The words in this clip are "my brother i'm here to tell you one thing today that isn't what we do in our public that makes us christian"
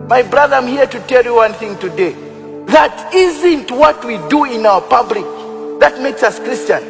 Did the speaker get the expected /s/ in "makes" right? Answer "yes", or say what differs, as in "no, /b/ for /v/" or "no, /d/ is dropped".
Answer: yes